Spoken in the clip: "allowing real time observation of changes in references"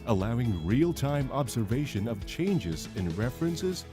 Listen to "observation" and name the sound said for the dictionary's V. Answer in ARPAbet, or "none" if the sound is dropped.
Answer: V